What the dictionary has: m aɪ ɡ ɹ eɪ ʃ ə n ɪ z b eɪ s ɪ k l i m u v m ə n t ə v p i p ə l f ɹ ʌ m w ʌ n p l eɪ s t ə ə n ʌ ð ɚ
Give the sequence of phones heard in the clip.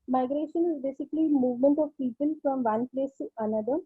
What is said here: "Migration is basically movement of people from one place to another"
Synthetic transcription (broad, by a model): m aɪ ɡ ɹ eɪ ʃ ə n ɪ z b eɪ s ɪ k l i m u v m ə n t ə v p i p ə l f ɹ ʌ m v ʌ n p l eɪ s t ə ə n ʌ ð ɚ